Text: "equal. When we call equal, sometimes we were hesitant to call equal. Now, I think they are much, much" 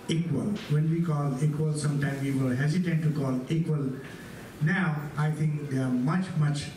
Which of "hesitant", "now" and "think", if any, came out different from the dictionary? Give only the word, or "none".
think